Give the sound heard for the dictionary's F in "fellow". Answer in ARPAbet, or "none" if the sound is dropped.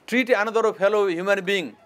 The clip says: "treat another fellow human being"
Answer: P